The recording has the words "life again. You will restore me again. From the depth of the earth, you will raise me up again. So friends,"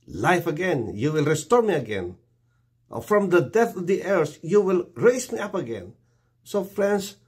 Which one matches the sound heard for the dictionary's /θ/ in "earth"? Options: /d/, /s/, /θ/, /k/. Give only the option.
/s/